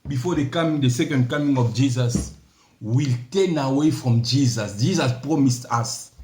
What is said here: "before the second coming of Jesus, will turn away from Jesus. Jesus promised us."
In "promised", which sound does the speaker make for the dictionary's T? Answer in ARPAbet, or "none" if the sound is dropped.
T